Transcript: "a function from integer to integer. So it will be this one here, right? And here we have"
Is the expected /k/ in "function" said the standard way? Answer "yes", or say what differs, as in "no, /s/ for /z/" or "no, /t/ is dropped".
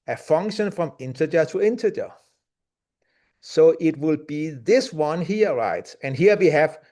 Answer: yes